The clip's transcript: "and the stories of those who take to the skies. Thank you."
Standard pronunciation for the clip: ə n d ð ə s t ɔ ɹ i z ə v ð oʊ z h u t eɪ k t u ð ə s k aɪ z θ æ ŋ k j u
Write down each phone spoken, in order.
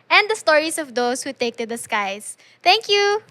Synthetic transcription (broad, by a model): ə n d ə s t ɔ ɹ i s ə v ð oʊ s h u t eɪ k t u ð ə s k aɪ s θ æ ŋ k j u